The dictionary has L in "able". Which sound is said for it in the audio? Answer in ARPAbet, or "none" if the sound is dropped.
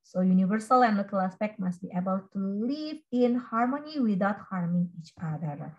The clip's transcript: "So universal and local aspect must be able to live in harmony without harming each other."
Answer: W